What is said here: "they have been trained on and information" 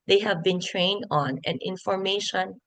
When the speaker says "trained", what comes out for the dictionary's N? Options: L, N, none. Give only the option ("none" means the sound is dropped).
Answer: N